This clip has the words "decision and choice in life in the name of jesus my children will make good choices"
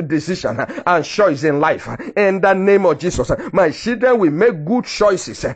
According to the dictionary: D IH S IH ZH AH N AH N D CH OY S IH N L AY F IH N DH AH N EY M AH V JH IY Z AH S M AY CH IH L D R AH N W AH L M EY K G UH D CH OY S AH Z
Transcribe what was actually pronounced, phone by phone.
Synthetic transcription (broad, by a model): D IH S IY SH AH N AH N CH OY S IH N L AY F IH N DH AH N EY M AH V JH IY S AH S M AY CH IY L D R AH N W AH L M EY K G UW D CH OY S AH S